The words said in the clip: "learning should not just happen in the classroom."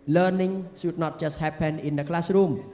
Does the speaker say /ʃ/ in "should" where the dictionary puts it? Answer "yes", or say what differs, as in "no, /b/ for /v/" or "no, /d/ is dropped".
no, /s/ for /ʃ/